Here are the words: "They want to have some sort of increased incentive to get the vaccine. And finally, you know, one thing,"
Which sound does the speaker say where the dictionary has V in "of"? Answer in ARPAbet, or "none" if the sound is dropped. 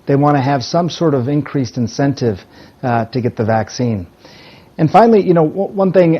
V